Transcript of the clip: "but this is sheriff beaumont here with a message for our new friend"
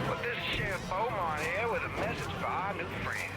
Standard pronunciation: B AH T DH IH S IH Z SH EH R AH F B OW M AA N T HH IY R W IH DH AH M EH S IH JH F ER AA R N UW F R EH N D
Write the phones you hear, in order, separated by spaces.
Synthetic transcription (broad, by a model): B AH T DH IH S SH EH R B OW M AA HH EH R W IH DH AH M EH S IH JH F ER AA N UW F R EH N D